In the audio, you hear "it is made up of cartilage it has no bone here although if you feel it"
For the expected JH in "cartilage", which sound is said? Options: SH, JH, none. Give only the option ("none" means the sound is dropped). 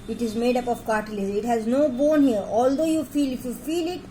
none